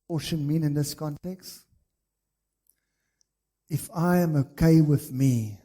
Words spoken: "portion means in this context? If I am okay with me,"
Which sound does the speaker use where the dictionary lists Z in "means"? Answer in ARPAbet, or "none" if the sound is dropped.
none